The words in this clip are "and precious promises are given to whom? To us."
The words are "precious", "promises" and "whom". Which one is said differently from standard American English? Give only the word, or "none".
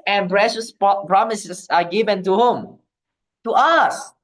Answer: promises